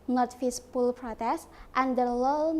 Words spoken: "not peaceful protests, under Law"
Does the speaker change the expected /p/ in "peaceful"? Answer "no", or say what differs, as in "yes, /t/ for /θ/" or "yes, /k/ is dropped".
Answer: yes, /f/ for /p/